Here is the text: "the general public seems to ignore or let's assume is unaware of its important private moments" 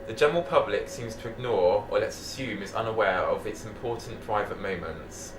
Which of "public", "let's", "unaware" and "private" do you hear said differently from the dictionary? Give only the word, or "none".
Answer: none